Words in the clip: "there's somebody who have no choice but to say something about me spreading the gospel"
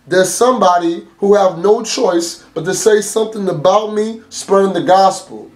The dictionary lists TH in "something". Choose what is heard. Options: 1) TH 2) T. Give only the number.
1